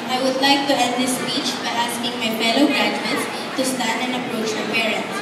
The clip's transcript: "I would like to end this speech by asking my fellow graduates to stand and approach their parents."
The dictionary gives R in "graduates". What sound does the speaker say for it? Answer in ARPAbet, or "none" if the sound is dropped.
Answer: none